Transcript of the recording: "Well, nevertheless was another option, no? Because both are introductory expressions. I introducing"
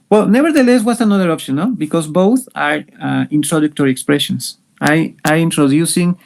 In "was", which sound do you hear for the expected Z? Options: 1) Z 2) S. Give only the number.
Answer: 2